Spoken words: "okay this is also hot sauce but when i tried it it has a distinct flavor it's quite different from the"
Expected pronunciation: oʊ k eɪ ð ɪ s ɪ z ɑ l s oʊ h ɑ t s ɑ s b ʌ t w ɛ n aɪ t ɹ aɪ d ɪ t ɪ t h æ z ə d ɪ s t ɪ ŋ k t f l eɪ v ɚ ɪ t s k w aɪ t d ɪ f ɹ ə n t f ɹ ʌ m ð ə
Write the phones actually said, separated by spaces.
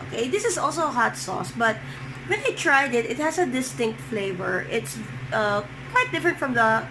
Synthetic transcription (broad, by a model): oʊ k eɪ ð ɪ s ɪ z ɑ l s oʊ h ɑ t s ɑ s b ʌ t w ɛ n aɪ t ɹ aɪ d ɪ t ɪ t h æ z ə d ɪ s t ɪ ŋ k t f l eɪ v ɚ ɪ t s k w aɪ t d ɪ f ɹ ə n t f ɹ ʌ m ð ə